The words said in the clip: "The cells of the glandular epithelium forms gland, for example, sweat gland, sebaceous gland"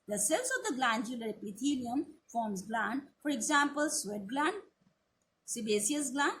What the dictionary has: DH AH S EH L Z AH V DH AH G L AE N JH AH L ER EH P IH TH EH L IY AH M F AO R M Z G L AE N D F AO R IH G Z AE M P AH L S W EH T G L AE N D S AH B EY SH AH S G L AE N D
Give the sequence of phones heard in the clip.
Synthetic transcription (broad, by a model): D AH S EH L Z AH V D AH G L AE N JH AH L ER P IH T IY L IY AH M F AO R M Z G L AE N D F AO R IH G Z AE M P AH L S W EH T G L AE N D S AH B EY S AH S G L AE N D